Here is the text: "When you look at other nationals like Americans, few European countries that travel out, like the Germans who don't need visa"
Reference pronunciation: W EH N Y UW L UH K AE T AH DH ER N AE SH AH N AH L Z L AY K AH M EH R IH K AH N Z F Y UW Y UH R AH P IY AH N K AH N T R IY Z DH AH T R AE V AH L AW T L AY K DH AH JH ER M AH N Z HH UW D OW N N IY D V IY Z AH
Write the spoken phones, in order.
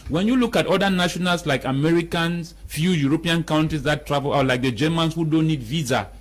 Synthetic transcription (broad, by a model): W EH N Y UW L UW K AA T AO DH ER N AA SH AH N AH L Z L AY K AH M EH R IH K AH N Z F Y UW Y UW R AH P IY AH N K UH N T IY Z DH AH T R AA V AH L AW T L AY K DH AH JH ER M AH N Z HH UW D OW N N IY D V IY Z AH